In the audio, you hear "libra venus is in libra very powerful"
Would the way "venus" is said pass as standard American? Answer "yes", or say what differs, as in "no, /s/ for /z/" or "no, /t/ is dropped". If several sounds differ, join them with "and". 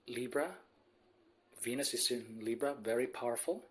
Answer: yes